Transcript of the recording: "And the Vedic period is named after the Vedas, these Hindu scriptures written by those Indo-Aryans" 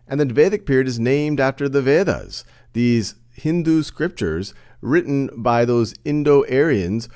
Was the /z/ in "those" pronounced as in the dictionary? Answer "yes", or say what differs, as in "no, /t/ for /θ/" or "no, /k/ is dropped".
yes